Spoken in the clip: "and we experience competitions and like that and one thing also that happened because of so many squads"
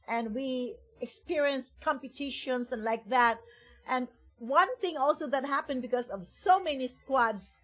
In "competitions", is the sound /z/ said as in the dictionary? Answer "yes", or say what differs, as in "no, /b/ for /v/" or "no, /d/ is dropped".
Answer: no, /s/ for /z/